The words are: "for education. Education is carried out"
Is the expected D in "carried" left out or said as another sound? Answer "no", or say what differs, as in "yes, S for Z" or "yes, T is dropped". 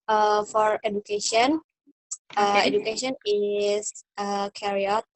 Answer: yes, D is dropped